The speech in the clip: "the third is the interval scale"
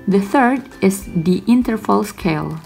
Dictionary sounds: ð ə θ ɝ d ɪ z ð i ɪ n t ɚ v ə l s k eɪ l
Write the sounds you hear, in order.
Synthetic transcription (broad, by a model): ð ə θ ɝ d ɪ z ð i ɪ n t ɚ f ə l s k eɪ l